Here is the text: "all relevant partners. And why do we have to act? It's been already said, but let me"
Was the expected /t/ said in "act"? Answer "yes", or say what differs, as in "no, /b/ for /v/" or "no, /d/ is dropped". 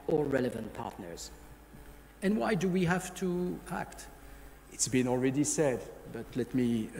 yes